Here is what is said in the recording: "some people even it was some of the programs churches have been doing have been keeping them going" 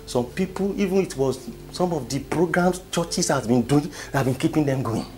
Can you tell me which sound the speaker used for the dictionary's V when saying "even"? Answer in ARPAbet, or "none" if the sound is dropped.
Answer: V